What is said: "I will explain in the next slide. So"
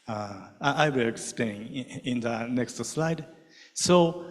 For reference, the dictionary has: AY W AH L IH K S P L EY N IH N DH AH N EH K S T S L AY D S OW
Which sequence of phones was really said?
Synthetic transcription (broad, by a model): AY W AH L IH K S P EY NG IH N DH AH N EH K S T S L AY D S OW